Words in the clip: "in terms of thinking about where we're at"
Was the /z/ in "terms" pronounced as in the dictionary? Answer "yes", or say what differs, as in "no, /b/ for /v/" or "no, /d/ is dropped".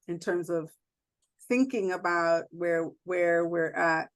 yes